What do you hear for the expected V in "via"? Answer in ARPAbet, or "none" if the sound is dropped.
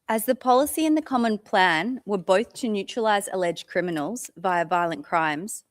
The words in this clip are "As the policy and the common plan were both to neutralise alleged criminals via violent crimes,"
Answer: V